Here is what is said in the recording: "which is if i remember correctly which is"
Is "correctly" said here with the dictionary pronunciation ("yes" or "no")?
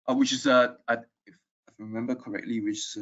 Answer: yes